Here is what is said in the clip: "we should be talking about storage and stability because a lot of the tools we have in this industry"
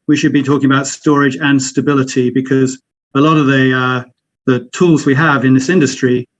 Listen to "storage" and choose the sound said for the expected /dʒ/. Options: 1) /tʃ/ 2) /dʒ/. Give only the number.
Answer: 2